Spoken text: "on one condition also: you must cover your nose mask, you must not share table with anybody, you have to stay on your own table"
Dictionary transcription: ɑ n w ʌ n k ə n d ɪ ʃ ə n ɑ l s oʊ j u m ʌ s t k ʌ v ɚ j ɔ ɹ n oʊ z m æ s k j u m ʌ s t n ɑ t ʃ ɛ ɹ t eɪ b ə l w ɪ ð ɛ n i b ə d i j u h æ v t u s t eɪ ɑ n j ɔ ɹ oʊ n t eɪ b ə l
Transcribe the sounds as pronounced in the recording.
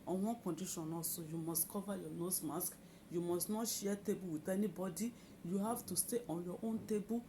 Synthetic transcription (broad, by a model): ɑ n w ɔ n k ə n d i ʃ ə n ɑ s oʊ j u m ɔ s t k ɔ v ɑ j ɔ n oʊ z m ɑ s k j u m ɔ s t n ɑ t ʃ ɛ t eɪ b ə l w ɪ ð ɛ n i b ə d i j u h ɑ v t u s t eɪ ɑ n j ɔ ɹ oʊ n t eɪ b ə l